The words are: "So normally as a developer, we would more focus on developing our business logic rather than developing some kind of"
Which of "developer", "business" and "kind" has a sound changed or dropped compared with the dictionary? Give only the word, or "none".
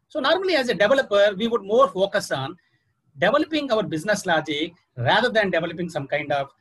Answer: none